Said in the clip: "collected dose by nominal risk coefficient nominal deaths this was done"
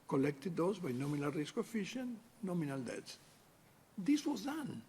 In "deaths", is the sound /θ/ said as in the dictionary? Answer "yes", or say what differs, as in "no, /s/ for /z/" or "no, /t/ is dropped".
no, /t/ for /θ/